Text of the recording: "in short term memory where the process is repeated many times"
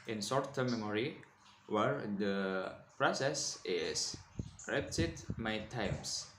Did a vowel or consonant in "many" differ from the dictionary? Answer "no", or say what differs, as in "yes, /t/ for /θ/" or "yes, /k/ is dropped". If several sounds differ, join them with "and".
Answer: yes, /n/ is dropped